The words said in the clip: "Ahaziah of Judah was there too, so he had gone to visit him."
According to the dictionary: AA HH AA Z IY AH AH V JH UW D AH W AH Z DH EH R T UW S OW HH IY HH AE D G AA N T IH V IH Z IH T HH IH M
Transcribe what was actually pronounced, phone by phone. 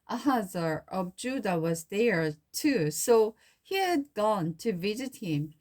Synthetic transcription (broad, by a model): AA HH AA Z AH AH V JH UW D AH W AH Z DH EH R T UW S OW HH IY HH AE D G AA N T IH V IH Z IH T HH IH M